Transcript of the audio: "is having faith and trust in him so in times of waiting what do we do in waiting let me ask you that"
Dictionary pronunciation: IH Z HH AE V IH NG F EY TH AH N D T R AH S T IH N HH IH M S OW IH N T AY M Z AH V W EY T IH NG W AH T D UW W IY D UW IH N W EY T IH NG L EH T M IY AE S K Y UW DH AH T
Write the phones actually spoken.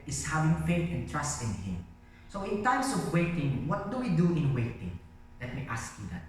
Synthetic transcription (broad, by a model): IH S HH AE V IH NG F EY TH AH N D T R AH S T IH N HH IH M S OW IH N T AY M S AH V W EY T IH NG W AH T D UW W IY D UW IH N W EY T IH NG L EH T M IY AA S K Y UW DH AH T